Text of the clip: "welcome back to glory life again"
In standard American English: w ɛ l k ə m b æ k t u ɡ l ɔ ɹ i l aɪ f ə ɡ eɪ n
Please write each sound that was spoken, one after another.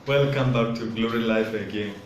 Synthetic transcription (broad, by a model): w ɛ l k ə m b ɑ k t u ɡ l ɔ ɹ i l aɪ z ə ɡ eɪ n